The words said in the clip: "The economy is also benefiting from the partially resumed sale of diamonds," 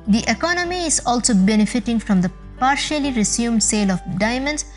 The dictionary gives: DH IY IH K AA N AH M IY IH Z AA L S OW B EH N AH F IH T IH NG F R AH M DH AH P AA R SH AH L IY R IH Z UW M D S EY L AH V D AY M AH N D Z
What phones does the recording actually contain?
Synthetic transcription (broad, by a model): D IY IH K AA N AH M IY IH Z AA L S OW B EH N AH F IH T IH NG F R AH M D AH P AA R SH AH L IY R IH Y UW M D S EY L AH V D AY M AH N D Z